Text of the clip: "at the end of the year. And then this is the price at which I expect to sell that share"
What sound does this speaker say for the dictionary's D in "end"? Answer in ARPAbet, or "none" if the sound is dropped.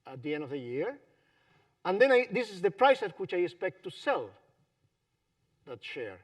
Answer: D